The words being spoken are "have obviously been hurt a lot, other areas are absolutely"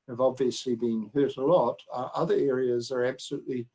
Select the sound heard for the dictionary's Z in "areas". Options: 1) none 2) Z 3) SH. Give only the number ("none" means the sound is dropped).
2